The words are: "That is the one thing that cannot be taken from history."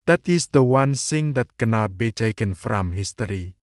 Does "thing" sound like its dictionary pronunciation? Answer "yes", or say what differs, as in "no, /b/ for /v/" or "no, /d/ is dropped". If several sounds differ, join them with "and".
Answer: no, /s/ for /θ/